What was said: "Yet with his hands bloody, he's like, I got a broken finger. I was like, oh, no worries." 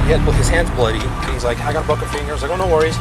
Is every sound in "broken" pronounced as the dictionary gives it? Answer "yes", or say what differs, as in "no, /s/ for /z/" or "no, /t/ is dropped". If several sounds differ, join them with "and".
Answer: no, /ɹ/ is dropped